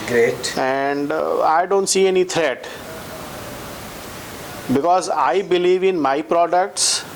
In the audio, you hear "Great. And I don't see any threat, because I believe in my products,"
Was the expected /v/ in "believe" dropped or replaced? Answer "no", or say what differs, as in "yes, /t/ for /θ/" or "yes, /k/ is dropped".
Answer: no